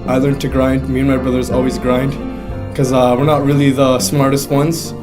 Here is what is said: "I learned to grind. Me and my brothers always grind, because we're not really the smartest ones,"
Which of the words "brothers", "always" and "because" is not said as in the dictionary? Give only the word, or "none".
because